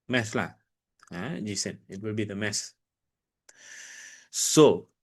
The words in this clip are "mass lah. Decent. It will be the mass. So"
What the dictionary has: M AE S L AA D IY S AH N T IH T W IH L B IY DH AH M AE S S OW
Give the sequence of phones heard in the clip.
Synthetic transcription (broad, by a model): M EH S L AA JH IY S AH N IH T W IH L B IY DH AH M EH S S OW